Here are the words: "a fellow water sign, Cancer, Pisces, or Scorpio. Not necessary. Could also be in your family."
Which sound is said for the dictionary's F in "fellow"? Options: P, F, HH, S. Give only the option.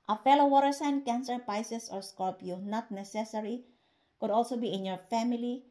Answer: F